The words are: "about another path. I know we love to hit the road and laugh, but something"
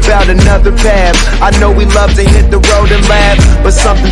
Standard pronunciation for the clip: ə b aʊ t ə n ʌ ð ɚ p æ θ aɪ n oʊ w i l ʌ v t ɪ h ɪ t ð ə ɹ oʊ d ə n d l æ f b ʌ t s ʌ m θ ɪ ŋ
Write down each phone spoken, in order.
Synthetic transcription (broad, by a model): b aʊ t ə n ʌ ð ɚ p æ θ aɪ n oʊ w i l ʌ v t ɪ h ɪ t ð ə ɹ oʊ d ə n l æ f b ʌ t s ʌ m θ ɪ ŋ